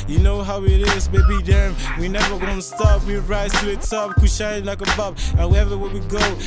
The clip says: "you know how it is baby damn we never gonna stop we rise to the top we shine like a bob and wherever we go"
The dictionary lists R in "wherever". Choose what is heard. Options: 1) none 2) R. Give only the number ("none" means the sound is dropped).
1